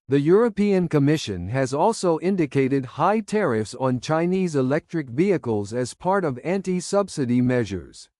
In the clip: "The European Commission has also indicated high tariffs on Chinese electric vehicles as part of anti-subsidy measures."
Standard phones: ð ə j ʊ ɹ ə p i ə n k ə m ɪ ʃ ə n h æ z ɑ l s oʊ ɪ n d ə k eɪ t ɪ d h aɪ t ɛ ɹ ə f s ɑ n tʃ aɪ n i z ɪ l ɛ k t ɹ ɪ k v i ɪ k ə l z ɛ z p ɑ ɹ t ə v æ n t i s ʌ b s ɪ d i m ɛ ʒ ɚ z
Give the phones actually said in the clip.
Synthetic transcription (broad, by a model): ð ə j ʊ ɹ ə p i ə n k ə m ɪ ʃ ə n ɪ z ɑ l s oʊ ɪ n d ə k eɪ t ɪ d h aɪ t ɛ ɹ ə f s n tʃ aɪ n i z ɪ l ɛ k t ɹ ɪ k v i ɪ k ə l z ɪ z p ɑ ɹ t ə v æ n t i s ʌ b s ɪ d i m ɛ ʒ ɚ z